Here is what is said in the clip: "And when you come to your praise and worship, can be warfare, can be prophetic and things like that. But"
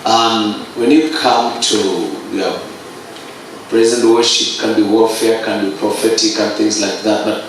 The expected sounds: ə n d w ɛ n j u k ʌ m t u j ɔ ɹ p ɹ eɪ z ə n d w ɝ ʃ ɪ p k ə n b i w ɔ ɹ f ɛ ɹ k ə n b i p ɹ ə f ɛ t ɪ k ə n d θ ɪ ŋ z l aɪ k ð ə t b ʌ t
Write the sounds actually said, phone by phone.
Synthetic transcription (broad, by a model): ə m w ɛ n j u k ʌ m t u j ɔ p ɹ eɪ z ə n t w ɝ ʃ ɪ p k ə n b i w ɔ l f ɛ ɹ k ə n b i p ɹ ə f ɛ t ɪ k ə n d θ ɪ ŋ z l aɪ k ð ə t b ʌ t